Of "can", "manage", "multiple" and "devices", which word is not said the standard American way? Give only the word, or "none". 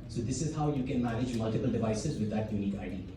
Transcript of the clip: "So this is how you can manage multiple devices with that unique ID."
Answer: none